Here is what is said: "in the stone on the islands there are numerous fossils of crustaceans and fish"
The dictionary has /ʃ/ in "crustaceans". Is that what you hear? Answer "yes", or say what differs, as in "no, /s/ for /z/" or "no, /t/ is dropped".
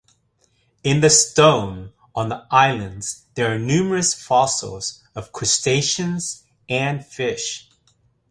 yes